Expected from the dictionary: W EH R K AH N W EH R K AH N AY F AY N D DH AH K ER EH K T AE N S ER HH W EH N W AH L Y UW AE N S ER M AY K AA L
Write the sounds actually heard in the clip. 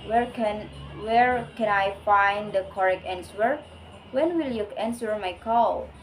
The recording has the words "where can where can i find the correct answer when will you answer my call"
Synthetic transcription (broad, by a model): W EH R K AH N W EH R K AH N AY F AY N D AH K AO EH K EH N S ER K W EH N W AH L Y UW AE N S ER M AY K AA L